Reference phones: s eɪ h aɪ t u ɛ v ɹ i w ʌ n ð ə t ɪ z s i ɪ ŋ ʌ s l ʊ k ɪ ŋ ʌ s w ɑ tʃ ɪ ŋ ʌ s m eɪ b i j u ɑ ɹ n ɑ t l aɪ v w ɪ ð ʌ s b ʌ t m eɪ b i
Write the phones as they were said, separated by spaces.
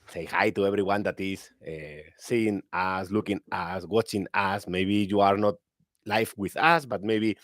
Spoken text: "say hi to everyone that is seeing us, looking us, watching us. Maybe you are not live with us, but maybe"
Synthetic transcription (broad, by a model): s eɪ h aɪ t u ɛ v ɹ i w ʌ n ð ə t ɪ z s i ɪ ŋ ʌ s l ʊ k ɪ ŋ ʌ s w ɑ tʃ ɪ ŋ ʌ s m eɪ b i j u ɑ ɹ n ɑ t l aɪ f w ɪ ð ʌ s b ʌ t m eɪ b i